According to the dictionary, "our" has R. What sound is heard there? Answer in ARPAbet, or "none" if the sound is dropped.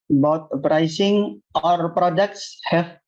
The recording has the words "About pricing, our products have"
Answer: R